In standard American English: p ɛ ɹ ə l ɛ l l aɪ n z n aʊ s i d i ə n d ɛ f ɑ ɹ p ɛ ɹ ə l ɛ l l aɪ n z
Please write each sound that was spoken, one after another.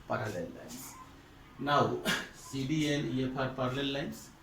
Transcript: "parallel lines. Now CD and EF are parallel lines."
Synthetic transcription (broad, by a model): p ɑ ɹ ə l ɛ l l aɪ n s n aʊ s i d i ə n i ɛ p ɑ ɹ p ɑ ɹ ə l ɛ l l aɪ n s